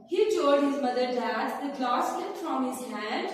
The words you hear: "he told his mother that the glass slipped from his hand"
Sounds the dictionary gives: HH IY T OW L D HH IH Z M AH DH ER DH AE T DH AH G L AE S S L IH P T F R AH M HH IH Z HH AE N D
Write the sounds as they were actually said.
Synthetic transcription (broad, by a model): HH IY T OW D HH IH Z M AH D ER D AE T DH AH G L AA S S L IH T F R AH M HH IH Z HH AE N D